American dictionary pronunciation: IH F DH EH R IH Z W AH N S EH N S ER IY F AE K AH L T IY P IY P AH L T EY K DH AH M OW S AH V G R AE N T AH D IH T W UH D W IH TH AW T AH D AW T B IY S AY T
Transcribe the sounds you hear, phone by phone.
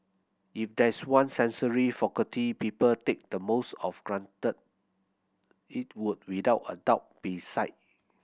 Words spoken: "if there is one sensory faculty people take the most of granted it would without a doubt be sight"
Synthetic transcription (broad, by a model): IH F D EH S W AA N S EH N S ER IY F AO K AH T IY P IY P AH L T EY K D AH M OW S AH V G R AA N T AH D IH T W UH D W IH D AW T AH D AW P B IY S AY T